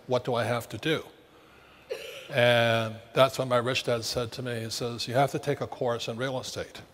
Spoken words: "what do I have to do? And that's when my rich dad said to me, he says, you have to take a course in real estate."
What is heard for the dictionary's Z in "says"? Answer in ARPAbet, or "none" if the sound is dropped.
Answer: Z